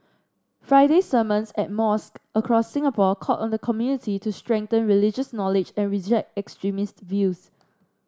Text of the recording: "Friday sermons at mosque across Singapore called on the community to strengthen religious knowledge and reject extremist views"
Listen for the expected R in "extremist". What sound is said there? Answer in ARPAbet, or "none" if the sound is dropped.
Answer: R